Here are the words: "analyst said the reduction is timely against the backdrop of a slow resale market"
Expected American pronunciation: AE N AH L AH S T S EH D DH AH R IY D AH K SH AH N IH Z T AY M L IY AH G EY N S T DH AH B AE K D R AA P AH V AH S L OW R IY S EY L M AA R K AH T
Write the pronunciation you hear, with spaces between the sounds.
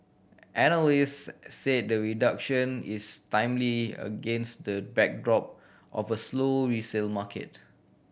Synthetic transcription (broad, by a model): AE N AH L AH S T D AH R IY D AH K SH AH N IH S T AY M L IY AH G EY N S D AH B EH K D R AA P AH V AH S L OW R IY S EY L M AA K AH T